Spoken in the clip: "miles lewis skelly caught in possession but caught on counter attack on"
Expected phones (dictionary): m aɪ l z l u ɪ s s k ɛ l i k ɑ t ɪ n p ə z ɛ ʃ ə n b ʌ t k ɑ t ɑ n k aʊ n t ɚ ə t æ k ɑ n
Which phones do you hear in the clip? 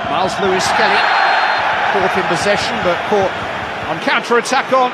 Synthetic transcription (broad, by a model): m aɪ l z l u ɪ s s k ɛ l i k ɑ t ɪ n p ə z ɛ ʃ ə n b ʌ t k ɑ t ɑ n k aʊ n t ɚ ə t æ k n